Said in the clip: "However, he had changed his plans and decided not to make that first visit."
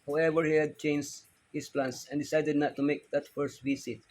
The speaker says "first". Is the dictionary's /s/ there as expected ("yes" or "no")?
yes